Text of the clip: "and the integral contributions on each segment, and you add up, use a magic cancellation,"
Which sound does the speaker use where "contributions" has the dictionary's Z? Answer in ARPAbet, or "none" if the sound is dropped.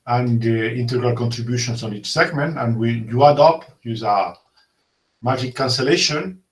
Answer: S